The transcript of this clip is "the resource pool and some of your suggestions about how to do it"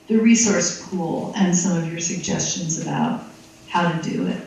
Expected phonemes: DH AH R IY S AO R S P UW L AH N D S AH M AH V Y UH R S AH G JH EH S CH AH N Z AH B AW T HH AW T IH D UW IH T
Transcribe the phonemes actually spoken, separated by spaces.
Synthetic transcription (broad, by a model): DH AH R IY S AO R S P UW L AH N S AH M AH V Y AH R S AH G JH EH S CH AH N Z AH B AW T HH AW T IH D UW IH T